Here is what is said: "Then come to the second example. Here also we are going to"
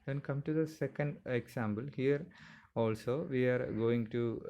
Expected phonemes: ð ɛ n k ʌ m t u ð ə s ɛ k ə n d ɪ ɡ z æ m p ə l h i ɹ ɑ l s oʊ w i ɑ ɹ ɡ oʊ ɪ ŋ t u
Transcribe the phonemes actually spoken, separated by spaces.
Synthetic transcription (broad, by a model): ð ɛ n k ʌ m t u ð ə s ɛ k ə n d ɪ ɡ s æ m b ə l h i ɹ ɑ l s oʊ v i ɑ ɹ ɡ oʊ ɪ ŋ t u